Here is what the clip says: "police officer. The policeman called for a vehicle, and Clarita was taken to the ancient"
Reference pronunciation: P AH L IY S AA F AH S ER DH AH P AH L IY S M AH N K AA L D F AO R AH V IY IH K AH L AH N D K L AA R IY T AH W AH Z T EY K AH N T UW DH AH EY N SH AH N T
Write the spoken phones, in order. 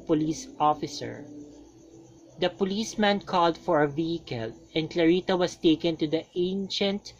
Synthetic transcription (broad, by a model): P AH L IY S AA F AH S ER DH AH P AH L IY S M AH N K AA L D F AO R AH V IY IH K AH L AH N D K L AA R IY T AH W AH S T EY K AH N T UW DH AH EY N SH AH N T